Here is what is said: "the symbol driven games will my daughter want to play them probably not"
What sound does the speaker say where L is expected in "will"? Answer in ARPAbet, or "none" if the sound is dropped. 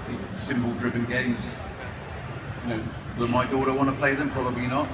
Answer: W